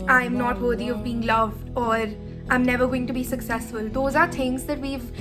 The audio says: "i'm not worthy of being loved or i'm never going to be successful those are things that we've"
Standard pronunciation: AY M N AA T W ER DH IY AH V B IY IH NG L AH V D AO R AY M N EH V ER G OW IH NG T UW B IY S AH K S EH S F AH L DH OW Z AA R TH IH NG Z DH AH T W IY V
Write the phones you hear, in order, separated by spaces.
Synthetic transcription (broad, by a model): AY M N AA T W ER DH IY AH V B IY IH NG L AH V D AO R AY M N EH V ER G OW IH NG T UW B IY S AH K S EH S F AH L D OW Z AA R T IH NG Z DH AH T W IY V